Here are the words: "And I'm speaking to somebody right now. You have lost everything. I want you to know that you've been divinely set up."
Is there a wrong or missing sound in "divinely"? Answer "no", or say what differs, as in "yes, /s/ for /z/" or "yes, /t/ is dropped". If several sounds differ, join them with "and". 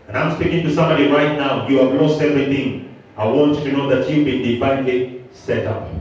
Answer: yes, /p/ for /v/